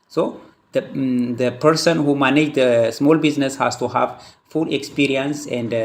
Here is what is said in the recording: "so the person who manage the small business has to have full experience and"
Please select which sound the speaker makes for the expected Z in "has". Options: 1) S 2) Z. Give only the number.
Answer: 1